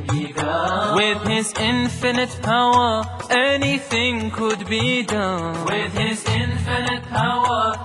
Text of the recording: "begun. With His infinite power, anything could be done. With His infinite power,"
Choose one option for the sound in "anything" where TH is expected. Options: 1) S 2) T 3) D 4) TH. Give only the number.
4